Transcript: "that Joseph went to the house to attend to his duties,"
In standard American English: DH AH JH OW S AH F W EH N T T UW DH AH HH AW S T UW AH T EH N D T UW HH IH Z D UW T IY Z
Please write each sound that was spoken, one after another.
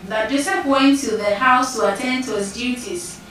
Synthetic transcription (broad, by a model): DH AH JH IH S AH P W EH N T T UW DH AH HH AW S T UW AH T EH N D T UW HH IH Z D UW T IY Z